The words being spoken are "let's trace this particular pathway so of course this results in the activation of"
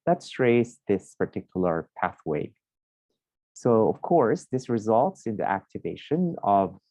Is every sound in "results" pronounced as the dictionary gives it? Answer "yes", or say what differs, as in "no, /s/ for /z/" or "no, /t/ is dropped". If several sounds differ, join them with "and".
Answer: yes